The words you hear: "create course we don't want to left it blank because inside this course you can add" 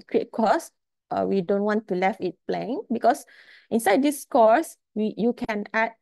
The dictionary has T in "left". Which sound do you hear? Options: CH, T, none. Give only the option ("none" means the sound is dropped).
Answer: none